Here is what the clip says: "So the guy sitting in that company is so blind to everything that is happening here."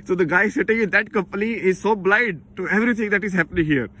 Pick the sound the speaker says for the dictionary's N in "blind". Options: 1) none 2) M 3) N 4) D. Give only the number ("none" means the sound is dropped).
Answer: 1